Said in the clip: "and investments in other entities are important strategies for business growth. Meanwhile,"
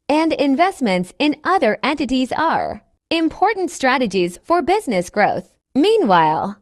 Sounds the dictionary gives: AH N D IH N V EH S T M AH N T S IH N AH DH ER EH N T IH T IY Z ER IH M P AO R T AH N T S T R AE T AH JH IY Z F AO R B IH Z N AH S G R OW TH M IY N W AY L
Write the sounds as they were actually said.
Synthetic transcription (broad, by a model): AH N D IH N V EH S T M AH N T S IH N AH DH ER EH N T IH T IY Z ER IH M P AO R T N T S T R AE T AH JH IY Z F AO R B IH Z N AH S G R OW TH M IY N W AY L